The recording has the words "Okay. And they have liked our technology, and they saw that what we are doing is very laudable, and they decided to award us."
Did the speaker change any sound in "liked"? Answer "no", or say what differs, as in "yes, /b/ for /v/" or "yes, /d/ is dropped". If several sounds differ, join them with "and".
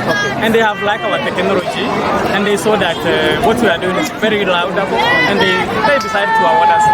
yes, /t/ is dropped